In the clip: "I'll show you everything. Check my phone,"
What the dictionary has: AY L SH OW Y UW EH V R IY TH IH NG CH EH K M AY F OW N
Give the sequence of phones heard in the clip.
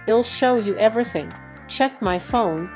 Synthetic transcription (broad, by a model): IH L SH OW Y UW EH V R IY TH IH NG CH EH K M AY F OW N